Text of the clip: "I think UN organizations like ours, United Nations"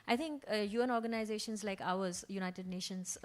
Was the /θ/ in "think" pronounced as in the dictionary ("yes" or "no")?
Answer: no